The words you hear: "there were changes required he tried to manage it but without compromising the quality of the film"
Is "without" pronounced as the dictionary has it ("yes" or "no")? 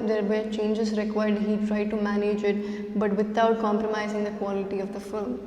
no